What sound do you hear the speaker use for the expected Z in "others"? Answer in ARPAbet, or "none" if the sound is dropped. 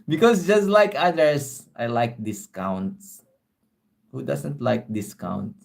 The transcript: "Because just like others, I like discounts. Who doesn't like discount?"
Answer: S